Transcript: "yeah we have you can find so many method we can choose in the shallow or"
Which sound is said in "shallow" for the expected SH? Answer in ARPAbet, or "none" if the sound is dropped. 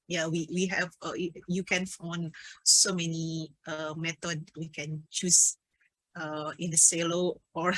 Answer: S